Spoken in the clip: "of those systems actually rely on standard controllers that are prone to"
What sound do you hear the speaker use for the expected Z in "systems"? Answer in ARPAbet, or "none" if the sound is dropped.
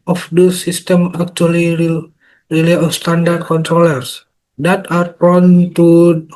none